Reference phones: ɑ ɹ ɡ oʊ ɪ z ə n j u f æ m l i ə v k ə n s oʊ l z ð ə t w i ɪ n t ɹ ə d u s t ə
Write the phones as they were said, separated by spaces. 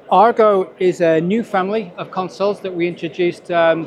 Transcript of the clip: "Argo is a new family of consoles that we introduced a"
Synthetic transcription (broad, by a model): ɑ ɹ ɡ oʊ ɪ z ə n j u f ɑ m l i ə v k ə n s oʊ l z ð ə t w i ɪ n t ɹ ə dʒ u s t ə